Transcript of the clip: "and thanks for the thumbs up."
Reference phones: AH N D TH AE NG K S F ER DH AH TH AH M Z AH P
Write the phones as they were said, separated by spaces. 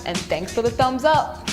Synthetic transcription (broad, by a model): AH N TH AE NG K S F ER DH AH TH AH M Z AH P